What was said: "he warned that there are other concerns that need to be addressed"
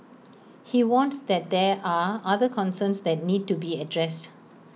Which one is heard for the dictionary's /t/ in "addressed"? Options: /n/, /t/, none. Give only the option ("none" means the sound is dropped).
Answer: /t/